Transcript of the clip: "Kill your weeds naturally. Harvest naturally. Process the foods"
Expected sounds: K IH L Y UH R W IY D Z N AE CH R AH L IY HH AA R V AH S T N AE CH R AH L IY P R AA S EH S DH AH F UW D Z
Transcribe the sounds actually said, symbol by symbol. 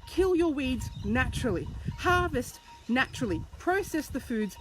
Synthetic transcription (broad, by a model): K IH L Y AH R W IY D Z N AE CH R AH L IY HH AA R V AH S T N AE CH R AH L IY P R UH S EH S DH AH F UW D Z